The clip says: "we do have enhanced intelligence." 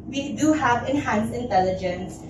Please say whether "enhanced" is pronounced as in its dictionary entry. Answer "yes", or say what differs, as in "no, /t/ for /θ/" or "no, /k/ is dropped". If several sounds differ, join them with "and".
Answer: no, /t/ is dropped